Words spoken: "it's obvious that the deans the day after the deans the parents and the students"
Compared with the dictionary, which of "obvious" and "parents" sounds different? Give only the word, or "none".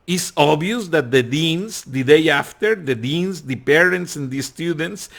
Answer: obvious